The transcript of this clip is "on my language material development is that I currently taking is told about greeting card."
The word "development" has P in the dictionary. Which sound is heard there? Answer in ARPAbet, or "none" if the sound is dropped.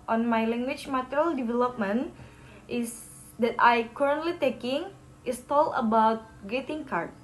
P